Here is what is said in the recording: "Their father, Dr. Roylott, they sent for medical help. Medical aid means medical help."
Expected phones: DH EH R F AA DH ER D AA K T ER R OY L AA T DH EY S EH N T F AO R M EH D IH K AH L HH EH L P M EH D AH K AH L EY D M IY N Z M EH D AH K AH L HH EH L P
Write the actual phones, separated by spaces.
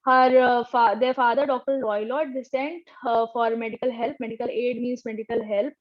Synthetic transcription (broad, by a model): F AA R F AA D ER D AA K T ER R OY L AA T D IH S EH N T F AO R M EH D IH K AH L HH EH L P M EH D AH K AH L EY D M IY N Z M EH D AH K AH L HH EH L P